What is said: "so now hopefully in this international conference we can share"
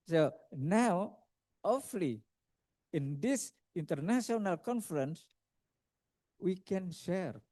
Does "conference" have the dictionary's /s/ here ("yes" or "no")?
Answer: yes